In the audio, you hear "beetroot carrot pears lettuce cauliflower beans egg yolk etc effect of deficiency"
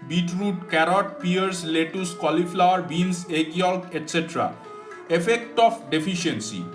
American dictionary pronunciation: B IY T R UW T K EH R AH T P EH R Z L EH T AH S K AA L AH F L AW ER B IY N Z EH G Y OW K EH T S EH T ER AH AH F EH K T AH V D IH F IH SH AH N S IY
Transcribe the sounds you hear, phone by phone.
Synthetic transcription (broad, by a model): B IY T R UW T K EH R AH T P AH R S L EH T AH S K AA L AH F L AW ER B IY N S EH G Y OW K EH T S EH T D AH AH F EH K T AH P D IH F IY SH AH N S IY